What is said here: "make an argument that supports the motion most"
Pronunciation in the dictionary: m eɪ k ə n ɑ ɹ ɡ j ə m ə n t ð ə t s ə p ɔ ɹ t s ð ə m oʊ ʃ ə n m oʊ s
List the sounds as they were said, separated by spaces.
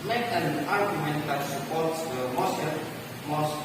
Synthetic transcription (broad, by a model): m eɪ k ə n ɑ ɹ ɡ j ə m ə n t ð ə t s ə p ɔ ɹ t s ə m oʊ s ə m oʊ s